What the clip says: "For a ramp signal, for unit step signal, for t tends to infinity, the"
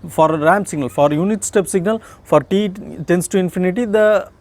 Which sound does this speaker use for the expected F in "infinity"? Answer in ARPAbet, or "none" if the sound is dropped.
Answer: F